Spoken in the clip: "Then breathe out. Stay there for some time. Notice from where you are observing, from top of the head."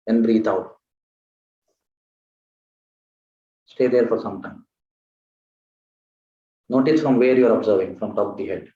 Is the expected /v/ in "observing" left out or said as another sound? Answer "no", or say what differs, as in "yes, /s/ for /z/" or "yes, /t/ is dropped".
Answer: no